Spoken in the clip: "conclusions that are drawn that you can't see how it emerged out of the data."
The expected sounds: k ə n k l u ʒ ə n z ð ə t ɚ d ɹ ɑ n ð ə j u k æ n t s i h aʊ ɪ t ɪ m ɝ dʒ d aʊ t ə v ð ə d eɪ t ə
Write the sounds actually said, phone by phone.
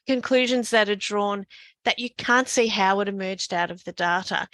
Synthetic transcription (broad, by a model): k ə n k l u ʒ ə n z ð ə t ɚ d ɹ ɑ n ð ə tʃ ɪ k æ n t s i h aʊ ɪ t ɪ m ɝ dʒ d aʊ t ə v ð ə d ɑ t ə